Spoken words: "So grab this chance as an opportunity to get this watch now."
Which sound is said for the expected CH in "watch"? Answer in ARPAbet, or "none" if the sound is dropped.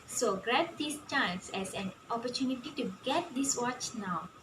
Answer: CH